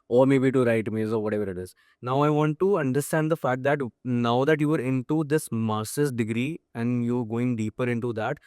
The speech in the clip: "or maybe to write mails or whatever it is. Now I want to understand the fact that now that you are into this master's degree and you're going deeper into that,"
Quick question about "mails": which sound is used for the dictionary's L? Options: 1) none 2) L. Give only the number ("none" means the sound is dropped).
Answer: 1